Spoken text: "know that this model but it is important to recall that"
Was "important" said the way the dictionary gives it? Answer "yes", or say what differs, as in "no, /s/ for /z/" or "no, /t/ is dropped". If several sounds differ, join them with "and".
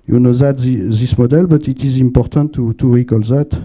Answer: no, /n/ is dropped